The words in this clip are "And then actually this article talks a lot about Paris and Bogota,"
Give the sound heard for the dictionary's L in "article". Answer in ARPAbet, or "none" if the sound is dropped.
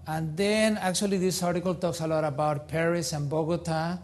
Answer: L